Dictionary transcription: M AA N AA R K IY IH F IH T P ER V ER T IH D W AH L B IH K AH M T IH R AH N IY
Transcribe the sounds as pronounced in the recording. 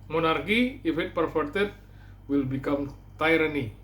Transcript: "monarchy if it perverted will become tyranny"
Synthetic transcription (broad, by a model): M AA N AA R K IY IH F IH T P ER F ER T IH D W AH L B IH K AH M T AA R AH N IY